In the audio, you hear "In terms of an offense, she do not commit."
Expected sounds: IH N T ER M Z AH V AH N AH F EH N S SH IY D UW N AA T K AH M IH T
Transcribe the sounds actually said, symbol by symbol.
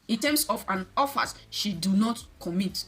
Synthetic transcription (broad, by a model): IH N T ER M S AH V AH N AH F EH S SH IY D UW N AA T K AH M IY T